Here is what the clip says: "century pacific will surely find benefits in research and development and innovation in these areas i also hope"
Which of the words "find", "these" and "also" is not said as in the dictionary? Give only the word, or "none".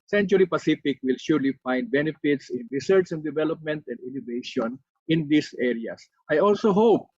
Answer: these